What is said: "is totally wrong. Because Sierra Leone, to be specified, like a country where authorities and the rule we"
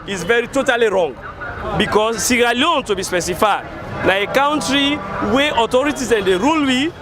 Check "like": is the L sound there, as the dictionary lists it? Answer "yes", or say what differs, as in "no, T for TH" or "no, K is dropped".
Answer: no, N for L